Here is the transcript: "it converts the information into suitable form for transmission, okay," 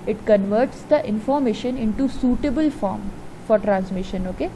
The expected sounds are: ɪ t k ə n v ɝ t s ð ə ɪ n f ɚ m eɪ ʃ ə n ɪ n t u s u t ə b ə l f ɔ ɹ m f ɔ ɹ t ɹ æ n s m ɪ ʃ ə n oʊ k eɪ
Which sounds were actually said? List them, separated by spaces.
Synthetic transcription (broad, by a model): ɪ t k ə n v ɝ t s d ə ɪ n f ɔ m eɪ ʃ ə n ɪ n t u s u t ə b ə l f ɔ ɹ m f ɔ ɹ t ɹ æ n s m ɪ ʃ ə n oʊ k eɪ